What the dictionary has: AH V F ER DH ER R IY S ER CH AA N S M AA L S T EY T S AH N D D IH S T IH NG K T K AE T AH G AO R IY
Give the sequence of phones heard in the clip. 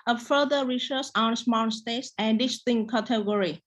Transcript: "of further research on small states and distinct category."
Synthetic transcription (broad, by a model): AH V F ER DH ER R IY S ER S AA N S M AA N S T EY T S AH N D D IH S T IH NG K K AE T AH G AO R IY